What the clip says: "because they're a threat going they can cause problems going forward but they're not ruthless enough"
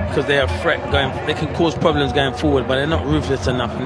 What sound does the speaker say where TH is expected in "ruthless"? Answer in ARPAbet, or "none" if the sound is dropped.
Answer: F